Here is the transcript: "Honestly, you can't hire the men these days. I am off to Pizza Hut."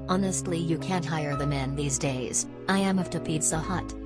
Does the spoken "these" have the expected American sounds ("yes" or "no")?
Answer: yes